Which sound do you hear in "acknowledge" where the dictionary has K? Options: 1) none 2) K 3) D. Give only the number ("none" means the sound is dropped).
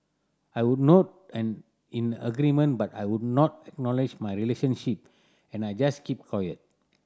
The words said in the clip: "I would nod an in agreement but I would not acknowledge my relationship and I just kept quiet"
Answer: 2